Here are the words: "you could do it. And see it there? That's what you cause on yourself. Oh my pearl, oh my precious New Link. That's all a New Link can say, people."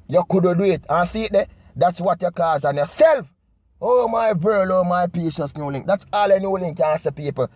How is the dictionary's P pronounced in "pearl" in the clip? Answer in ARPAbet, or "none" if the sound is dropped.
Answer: B